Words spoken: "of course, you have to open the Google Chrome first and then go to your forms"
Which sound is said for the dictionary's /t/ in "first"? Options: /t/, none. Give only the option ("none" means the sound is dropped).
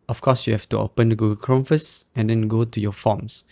none